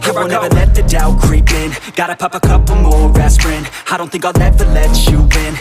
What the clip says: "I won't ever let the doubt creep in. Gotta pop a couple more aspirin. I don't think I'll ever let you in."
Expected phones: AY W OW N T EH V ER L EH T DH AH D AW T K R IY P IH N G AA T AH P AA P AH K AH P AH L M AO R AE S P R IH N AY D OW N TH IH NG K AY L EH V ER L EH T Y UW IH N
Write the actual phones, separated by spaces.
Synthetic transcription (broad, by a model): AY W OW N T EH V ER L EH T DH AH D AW K R IY P IH N G AA T AH P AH P AH K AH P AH M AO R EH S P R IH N AY D OW N TH IH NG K AY N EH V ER L EH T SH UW IH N